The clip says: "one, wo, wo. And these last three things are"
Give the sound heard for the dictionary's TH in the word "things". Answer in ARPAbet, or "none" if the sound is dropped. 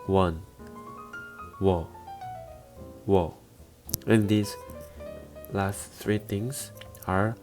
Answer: T